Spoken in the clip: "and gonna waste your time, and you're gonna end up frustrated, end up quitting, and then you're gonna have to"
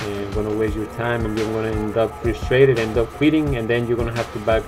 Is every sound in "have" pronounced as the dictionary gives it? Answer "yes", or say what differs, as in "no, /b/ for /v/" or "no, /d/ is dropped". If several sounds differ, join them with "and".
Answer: no, /f/ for /v/